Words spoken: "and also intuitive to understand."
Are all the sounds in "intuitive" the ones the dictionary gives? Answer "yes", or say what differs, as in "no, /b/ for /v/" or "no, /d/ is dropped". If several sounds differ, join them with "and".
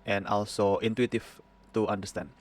no, /f/ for /v/